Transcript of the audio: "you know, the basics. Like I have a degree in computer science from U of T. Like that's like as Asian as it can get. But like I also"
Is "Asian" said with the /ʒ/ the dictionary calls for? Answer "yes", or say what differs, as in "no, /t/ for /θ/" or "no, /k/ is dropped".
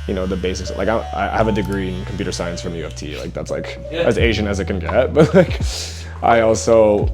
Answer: yes